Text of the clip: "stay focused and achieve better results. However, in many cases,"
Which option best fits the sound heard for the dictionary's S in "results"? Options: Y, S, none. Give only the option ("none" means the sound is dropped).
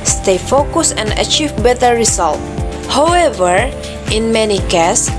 none